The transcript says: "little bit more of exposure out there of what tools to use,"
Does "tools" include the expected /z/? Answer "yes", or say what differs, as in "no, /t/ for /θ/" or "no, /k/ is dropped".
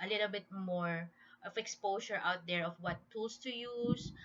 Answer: no, /s/ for /z/